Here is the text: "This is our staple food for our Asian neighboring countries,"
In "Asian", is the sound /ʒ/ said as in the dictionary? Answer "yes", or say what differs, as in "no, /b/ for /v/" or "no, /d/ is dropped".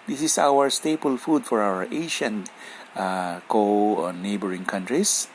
no, /ʃ/ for /ʒ/